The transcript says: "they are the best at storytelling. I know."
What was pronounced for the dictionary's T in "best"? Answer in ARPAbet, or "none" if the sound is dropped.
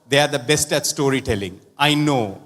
T